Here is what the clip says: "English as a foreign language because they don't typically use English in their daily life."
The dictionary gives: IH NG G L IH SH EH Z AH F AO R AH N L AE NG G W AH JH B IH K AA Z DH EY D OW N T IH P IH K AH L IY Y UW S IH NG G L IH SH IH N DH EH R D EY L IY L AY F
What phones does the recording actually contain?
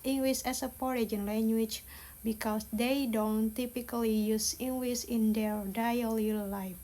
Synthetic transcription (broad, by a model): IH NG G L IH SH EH S AH P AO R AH N L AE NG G W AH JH B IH K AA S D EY D OW N T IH P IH K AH L IY Y UW S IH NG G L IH S IH N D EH R D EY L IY L AY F